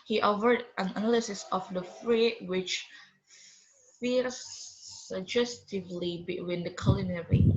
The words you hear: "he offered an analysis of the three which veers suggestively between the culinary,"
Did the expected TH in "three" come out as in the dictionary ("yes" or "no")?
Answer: no